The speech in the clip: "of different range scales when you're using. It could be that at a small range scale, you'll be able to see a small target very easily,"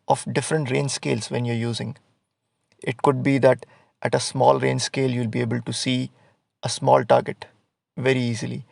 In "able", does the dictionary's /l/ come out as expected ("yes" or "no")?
yes